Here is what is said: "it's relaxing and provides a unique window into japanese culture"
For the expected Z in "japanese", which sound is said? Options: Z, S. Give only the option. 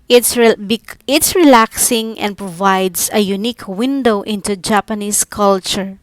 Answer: S